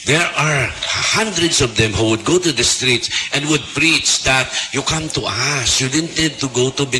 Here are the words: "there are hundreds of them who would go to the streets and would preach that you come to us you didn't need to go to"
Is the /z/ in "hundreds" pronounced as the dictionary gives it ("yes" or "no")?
no